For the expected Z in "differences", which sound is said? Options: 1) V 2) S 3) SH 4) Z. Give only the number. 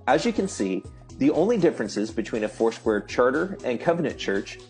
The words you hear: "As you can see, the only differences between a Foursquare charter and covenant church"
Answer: 4